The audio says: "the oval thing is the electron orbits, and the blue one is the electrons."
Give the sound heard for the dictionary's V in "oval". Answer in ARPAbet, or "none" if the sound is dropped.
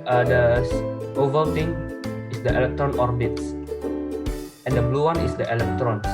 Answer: V